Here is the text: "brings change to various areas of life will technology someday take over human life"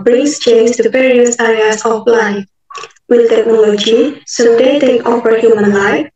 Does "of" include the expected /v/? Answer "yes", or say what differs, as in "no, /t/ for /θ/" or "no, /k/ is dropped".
no, /p/ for /v/